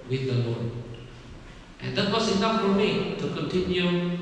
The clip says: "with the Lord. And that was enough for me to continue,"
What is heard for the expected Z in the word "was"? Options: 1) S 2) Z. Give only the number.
1